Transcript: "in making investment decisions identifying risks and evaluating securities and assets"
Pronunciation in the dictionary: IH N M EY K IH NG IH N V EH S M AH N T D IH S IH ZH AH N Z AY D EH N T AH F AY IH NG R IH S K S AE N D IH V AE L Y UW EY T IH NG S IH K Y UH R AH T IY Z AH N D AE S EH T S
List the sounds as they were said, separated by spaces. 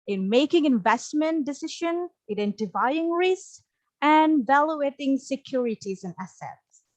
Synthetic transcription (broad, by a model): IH N M EY K IH NG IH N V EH S M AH N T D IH S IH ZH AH N AY D EH N T AH F AY IH NG R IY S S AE N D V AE L Y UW EY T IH NG S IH K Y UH R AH T IY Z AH N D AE S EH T S